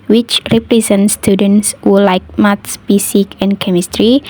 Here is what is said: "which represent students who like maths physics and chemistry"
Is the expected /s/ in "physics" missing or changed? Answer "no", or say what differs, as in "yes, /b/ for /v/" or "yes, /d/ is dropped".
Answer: yes, /s/ is dropped